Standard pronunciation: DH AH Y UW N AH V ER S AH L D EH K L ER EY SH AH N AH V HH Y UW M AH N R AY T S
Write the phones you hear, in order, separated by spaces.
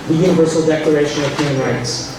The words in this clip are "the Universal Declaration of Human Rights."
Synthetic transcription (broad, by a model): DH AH Y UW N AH V ER S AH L D EH K L ER EY SH AH N AH V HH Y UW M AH N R AY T S